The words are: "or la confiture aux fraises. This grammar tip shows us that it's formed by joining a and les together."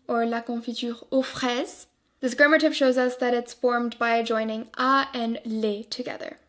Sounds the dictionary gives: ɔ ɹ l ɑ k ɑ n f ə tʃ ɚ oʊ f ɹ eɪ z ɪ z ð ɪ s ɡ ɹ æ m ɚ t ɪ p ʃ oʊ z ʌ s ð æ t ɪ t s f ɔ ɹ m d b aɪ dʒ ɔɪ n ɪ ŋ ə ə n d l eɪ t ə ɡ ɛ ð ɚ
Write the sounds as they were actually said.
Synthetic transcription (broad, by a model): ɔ ɹ l ɑ k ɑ f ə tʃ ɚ oʊ f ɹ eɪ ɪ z ð ɪ s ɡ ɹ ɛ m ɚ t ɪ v ʃ oʊ z ʌ s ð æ t ɪ t s f ɔ ɹ m d b aɪ dʒ ɔɪ n ɪ ŋ ə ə n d l eɪ t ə ɡ ɛ ð ɚ